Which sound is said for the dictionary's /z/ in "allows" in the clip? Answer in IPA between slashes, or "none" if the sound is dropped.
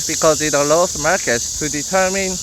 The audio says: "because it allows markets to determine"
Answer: /s/